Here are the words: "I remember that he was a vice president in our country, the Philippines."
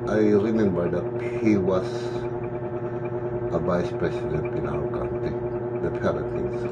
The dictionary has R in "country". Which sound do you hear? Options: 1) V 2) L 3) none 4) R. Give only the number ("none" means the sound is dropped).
3